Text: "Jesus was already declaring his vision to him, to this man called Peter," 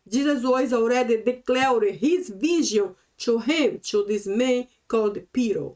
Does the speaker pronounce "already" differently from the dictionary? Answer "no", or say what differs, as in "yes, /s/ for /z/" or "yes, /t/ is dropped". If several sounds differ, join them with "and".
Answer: yes, /w/ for /l/